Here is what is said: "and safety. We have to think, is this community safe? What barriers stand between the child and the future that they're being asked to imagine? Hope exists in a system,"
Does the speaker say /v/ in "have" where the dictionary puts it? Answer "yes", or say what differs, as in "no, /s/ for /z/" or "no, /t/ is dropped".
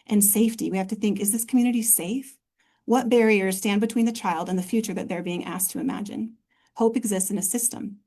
no, /f/ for /v/